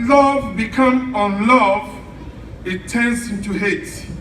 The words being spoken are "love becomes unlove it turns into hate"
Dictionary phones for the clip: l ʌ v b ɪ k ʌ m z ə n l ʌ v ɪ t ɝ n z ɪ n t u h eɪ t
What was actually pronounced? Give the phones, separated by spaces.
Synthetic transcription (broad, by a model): l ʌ v b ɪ k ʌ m ə n l ʌ v ɪ t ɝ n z ɪ n t u h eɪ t